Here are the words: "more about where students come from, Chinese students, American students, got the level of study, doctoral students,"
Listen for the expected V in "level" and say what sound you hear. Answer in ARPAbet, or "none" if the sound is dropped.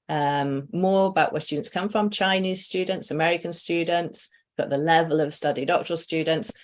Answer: V